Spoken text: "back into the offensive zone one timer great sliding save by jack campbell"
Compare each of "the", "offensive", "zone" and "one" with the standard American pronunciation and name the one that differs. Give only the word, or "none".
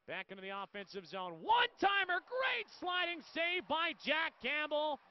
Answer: none